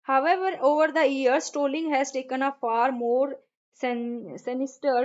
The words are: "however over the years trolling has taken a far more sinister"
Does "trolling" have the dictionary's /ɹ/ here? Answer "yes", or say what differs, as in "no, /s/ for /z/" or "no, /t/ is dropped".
no, /ɹ/ is dropped